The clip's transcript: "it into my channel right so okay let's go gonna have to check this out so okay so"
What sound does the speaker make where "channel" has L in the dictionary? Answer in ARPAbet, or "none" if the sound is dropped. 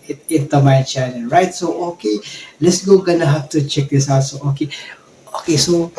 N